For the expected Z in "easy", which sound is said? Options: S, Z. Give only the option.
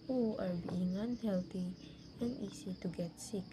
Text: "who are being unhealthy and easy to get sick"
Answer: S